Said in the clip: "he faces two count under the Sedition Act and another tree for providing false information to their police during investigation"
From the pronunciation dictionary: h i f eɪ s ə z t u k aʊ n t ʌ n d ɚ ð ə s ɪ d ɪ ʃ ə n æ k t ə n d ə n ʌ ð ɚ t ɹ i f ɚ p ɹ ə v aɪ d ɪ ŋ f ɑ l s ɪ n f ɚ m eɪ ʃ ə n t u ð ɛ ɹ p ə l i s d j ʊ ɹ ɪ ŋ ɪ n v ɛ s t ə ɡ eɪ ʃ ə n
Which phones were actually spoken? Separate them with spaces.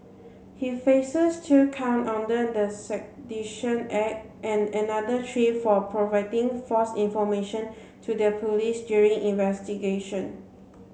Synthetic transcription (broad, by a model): h i f eɪ s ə s t u k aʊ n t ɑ n d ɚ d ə s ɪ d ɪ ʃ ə n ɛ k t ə n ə n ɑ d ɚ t ɹ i f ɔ p ɹ ə v aɪ d ɪ ŋ f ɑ s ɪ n f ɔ m eɪ ʃ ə n t u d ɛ p ə l i s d j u ɹ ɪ ŋ ɪ n v ɛ s t ə ɡ eɪ ʃ ə n